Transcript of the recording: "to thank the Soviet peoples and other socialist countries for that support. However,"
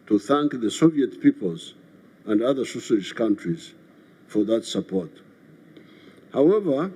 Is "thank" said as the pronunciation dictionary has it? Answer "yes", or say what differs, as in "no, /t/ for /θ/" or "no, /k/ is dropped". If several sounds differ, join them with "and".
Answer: yes